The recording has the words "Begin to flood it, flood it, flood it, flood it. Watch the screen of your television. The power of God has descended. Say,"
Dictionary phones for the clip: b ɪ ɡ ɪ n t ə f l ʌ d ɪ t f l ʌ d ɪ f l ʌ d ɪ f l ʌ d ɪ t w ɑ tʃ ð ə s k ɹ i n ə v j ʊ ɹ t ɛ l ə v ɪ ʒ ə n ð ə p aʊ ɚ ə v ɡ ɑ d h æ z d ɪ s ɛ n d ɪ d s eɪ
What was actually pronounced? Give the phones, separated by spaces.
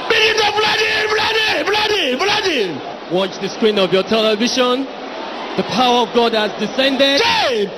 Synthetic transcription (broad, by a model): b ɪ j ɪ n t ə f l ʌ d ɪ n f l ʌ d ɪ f l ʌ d ɪ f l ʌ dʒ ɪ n w ɑ tʃ ð ə s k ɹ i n ə v j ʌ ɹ t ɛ l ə v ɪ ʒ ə n ð ə p aʊ ɚ ə v ɡ ɑ d h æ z d ɪ s ɛ n d ɪ d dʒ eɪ